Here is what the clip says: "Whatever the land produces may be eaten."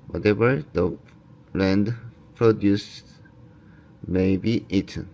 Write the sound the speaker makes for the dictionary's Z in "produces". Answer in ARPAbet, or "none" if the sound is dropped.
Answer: S